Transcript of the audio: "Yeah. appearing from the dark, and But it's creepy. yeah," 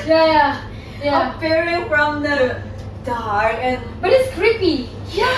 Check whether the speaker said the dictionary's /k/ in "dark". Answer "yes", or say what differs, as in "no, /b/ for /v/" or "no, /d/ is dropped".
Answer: no, /k/ is dropped